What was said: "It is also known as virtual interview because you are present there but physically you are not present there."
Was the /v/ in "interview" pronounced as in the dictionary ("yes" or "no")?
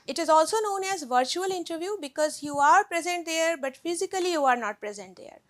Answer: yes